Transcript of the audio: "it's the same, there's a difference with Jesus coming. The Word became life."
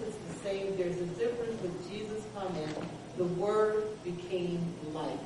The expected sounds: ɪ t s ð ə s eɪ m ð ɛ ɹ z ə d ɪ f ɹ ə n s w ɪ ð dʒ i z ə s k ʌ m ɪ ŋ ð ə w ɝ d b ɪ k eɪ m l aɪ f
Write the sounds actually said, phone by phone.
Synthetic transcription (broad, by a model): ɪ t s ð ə s eɪ m ð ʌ ɹ z ə d ɪ f ɹ ə n s w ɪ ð dʒ i z ə s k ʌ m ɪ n ð ə w ɝ d b ɪ k eɪ m l aɪ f